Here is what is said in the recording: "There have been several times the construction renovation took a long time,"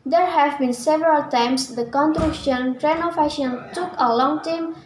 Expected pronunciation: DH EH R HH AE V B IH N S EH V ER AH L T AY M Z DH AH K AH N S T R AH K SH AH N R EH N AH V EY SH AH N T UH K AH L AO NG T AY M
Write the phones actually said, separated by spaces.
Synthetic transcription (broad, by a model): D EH R HH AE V B IH N S EH V ER AH L T AY M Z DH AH K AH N T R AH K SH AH N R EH N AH F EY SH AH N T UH K AH L AO NG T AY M